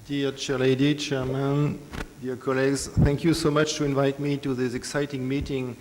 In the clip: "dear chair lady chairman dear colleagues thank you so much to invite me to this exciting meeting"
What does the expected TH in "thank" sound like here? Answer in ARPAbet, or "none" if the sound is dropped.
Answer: TH